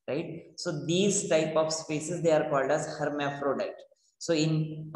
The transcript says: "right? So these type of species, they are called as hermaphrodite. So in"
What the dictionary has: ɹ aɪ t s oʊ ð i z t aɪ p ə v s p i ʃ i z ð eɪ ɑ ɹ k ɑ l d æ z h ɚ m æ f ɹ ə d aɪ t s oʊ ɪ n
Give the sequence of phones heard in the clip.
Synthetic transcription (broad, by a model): ɹ aɪ t s oʊ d i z t aɪ p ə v s p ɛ s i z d eɪ ɑ ɹ k ɑ l d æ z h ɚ m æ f ɹ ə d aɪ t s oʊ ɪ n